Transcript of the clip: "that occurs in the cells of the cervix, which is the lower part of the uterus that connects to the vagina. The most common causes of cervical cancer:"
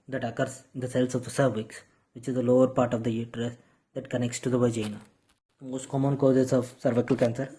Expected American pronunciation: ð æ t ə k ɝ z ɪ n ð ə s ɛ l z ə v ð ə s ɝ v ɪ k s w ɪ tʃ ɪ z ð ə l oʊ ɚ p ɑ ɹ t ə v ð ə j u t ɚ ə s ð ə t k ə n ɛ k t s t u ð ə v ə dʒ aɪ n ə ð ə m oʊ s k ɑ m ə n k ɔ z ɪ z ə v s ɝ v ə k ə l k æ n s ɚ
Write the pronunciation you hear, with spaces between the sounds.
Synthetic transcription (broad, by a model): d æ t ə k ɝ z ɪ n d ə s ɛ l s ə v s ɝ v ɪ k s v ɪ tʃ ɪ z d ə l oʊ ɚ p ɑ ɹ t ə v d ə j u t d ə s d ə t k ə n ɛ k t s t u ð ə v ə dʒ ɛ n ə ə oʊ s k ɑ m ə n k ɔ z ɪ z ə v s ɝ v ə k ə l k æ n s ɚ